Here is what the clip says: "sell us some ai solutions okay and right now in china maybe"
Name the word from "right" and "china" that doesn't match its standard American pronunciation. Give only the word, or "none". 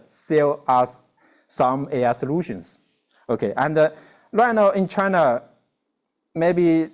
right